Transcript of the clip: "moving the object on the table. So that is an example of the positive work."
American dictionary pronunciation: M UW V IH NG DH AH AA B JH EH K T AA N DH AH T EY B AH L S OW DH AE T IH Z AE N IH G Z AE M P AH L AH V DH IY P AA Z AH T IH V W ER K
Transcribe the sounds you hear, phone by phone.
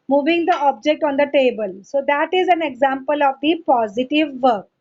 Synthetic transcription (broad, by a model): M UW V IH NG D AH AA B JH EH K T AA N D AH T EY B AH L S OW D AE T IH Z AE N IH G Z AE M P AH L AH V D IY P AA Z AH T IH V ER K